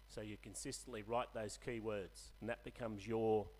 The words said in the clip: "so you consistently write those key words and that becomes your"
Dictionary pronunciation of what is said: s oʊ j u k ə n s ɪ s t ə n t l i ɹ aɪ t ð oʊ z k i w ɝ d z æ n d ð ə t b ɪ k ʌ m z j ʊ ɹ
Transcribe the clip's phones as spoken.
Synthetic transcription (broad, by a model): s oʊ j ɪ k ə n s ɪ s t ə n t l i ɹ aɪ t ð oʊ z k i w ɝ d z n ð ə t b ɪ k ʌ m z j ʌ ɹ